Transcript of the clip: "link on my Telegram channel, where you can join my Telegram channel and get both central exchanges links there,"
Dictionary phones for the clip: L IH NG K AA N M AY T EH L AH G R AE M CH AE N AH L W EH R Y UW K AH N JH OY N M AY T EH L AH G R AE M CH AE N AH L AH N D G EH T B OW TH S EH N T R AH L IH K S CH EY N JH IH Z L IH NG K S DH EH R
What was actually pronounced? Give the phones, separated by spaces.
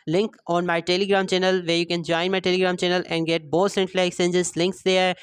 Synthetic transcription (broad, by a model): L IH NG K AA N M AY T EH L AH G R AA M CH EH N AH L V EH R Y UW K AH N JH OY N M AY T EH L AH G R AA M CH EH N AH L AH N D G EH T B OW T S EH N T R AH L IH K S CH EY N JH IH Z L IH NG K S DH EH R